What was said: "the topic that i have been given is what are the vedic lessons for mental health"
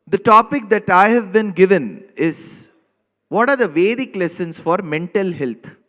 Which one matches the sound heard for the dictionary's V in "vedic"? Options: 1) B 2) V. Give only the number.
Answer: 2